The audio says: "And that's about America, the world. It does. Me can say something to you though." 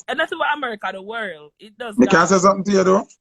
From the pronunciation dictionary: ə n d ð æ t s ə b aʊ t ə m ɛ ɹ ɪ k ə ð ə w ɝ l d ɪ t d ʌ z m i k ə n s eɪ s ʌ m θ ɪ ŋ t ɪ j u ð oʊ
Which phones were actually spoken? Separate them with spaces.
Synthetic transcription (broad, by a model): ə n ð æ t s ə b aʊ ə m ɛ ɹ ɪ k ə ð ə w ɝ l d ɪ t d ʌ z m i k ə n s eɪ s ʌ m θ ɪ ŋ t ɪ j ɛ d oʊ